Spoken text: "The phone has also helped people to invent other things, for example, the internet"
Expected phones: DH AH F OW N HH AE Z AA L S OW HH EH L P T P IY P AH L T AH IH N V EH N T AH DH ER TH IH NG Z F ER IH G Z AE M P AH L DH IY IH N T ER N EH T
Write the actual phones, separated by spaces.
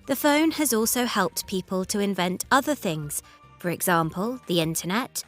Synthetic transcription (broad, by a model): DH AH F OW N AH Z AA L S OW HH EH L P T P IY P AH L T AH IH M V EH N T AH DH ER TH IH NG Z F ER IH G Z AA M P AH L DH IY IH N T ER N EH T